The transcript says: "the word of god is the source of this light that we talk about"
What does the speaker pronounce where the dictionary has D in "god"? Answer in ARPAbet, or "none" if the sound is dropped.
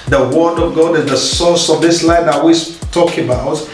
D